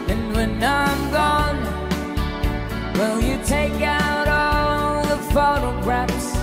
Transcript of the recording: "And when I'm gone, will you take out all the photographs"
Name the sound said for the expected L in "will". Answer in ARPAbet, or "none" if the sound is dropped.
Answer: L